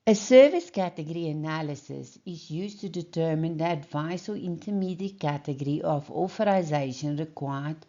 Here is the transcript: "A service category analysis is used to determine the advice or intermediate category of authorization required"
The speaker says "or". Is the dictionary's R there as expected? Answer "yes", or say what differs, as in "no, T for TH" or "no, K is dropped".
no, L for R